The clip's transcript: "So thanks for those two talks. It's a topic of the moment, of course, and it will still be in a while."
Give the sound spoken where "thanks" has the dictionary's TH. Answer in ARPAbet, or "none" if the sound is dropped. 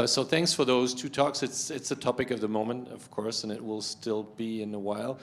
TH